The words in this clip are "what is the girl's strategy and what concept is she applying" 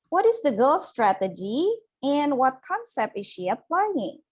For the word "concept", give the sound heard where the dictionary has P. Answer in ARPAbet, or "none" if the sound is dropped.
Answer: P